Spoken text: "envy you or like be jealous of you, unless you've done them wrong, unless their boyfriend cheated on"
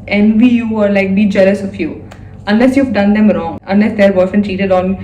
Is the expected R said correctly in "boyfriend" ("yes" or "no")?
no